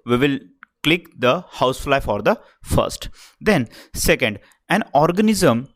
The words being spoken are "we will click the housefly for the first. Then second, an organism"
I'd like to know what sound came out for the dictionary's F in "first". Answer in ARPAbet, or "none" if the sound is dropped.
F